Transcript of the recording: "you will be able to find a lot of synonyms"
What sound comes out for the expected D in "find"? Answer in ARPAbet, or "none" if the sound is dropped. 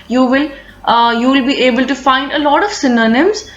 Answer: D